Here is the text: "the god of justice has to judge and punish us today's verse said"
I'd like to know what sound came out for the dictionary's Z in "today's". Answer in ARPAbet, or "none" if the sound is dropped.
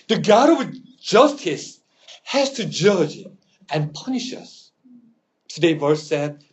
none